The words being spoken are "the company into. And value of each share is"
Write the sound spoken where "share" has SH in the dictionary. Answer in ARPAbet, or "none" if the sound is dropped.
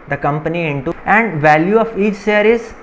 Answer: S